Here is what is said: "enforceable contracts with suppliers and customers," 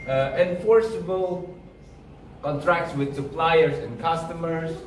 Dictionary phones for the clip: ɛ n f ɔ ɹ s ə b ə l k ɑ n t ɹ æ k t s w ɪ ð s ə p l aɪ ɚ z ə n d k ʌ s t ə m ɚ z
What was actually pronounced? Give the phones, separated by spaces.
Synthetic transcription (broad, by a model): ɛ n f ɔ ɹ s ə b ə l k ɑ n t ɹ æ k t s w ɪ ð s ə p l aɪ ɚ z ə n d k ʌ s t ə m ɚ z